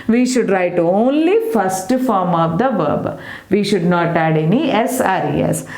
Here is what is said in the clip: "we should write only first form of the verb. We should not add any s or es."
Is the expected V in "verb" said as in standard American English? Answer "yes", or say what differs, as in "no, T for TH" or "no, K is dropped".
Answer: yes